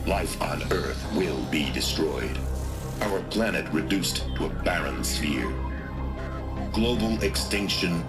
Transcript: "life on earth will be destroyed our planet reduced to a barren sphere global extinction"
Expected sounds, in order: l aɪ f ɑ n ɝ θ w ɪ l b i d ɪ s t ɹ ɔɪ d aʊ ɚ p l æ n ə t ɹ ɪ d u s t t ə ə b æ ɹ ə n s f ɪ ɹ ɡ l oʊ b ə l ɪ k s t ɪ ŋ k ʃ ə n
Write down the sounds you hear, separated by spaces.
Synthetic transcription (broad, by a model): l aɪ f n ɝ θ w ɪ l b i d ɪ s t ɹ ɔɪ d aʊ ɚ p l æ n ə t ɹ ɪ d u s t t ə ə b æ ɹ ə n s f ɪ ɹ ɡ l oʊ b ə l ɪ k s t ɪ ŋ k ʃ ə n